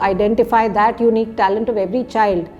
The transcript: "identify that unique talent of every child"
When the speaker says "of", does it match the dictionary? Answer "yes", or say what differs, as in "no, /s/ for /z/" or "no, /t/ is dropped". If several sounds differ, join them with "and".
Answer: yes